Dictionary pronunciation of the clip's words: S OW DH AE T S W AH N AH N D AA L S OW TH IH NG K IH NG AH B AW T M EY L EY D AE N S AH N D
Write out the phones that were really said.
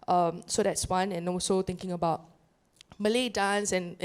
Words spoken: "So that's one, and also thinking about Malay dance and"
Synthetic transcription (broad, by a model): S OW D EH T S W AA N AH N AA L S OW T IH NG K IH NG AH B AW T M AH L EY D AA N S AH N